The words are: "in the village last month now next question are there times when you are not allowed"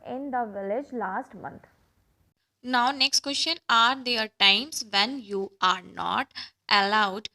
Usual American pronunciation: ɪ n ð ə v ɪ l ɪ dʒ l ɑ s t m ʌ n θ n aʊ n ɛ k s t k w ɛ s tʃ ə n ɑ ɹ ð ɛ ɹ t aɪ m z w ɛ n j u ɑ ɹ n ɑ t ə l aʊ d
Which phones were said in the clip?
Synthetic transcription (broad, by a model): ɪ n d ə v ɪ l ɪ dʒ l ɑ s t m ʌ n t n aʊ n ɛ k s t k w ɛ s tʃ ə n ɑ ɹ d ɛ ɹ t aɪ m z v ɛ n j u ɑ ɹ n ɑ t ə l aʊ d